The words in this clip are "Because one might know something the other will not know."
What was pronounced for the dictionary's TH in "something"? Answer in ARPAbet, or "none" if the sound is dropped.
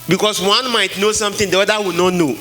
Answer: T